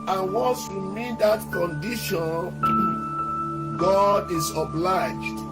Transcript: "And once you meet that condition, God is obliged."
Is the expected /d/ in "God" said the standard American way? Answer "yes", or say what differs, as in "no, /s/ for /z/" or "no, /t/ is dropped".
yes